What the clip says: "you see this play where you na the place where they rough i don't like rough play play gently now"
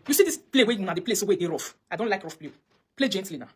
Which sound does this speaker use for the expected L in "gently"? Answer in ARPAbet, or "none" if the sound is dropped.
L